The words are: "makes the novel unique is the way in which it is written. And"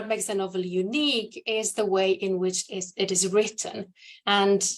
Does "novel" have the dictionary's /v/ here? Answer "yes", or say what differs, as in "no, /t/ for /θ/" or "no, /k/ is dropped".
yes